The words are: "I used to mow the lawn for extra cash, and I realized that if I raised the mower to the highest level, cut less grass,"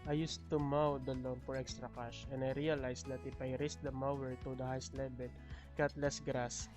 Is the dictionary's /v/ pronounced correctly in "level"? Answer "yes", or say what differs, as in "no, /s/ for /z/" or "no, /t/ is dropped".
no, /b/ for /v/